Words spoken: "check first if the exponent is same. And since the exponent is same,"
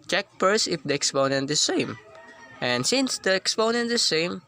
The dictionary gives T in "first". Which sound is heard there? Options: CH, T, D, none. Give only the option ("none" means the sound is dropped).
none